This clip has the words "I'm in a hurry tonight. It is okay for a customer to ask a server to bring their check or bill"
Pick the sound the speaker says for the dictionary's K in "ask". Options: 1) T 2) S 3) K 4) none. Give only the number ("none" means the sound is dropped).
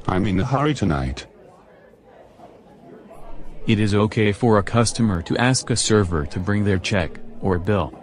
3